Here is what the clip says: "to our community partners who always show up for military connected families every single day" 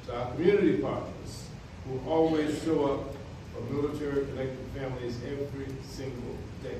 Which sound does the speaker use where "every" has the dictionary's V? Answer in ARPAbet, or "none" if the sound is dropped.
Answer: V